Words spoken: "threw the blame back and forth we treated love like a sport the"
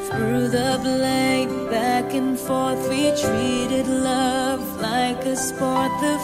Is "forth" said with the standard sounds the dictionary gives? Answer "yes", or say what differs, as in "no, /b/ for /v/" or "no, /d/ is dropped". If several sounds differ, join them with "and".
yes